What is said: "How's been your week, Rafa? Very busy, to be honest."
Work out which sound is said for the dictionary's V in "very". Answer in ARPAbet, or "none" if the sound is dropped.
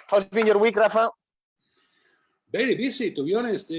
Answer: B